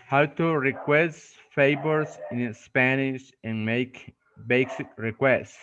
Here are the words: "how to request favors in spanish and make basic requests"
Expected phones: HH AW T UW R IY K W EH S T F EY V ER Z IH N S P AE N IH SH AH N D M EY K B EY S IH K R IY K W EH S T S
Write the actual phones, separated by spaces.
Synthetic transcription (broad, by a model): HH AW T UW R IY K W EH S T F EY B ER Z IH N S P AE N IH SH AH N M EY K B EY S IH K R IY K W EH S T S